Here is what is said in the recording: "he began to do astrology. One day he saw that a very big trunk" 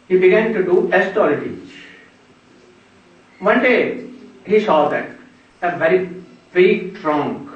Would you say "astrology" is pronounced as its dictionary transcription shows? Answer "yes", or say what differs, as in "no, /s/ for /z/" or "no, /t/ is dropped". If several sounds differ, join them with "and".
no, /ɹ/ is dropped